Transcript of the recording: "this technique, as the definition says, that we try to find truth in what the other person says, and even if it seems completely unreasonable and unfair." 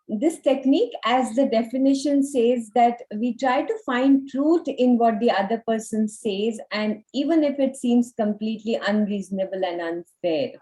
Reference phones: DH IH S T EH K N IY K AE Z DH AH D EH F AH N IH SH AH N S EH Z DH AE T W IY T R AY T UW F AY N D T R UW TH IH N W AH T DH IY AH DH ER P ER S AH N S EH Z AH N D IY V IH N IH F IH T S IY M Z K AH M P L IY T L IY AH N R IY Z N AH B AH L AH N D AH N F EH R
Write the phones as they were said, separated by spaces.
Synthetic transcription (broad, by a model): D IH S T EH K N IY K AE Z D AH D EH F AH N IH SH AH N S EH Z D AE T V IY T R AY T UW F AY N D T R UW T IH N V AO T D IY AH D ER P ER S AH N S EH Z AH N D IY V IH N IH F IH T S IY M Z K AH M P L IY T L IY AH N R IY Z N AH B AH L AH N D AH N F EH R